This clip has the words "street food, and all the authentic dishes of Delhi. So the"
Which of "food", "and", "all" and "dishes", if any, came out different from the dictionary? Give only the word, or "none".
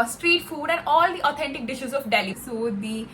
none